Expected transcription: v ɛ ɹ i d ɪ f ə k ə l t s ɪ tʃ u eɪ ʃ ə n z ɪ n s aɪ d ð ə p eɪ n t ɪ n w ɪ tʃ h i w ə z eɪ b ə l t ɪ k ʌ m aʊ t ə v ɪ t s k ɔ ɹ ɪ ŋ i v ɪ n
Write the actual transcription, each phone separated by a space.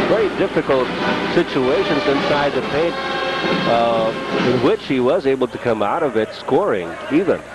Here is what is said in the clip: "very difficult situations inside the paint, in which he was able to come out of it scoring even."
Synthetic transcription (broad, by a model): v ɛ ɹ i d ɪ f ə k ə l t s ɪ tʃ u eɪ ʃ ə n z ɪ n s aɪ d ð ə p eɪ n t ɪ n w ɪ tʃ h i w ə z eɪ b l t ɪ k ʌ m aʊ t ə v ɪ t s k ɔ ɹ ɪ ŋ i v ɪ n